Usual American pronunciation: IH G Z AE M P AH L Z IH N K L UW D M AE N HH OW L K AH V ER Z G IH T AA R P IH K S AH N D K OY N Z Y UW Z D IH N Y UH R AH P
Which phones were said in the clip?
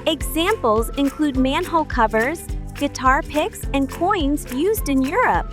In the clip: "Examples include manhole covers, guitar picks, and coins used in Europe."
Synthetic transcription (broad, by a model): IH G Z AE M P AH L Z IH N K L UW D M AE N HH OW L K AH V ER Z G IH T AA R P IH K S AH N K OY N Z Y UW Z D IH N Y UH R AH P